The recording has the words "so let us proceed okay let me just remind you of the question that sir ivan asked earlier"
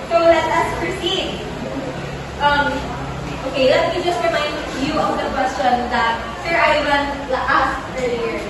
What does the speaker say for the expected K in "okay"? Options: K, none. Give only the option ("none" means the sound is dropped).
K